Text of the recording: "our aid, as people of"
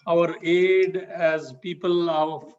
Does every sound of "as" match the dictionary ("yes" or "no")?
yes